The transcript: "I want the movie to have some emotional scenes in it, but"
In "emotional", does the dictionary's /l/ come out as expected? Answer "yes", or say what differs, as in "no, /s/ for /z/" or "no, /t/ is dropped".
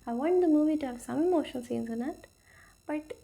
no, /n/ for /l/